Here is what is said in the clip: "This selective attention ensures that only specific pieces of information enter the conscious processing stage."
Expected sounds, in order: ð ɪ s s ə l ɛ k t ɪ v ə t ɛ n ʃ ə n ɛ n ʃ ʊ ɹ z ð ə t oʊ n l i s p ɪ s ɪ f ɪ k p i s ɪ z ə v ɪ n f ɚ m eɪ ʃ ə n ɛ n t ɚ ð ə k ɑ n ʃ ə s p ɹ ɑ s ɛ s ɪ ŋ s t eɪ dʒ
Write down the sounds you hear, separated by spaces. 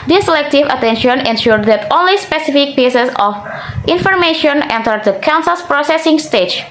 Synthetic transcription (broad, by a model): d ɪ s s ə l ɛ k t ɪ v ə t ɛ n ʃ ə n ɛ n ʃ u ɹ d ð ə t oʊ n l i s p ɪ s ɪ f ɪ k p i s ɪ s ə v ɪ n f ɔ m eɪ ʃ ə n ɛ n t ɚ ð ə k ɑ n s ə s p ɹ ɑ s ɛ s ɪ ŋ s t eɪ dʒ